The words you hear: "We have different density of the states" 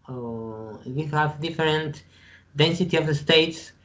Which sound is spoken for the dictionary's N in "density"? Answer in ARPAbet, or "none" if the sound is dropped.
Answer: N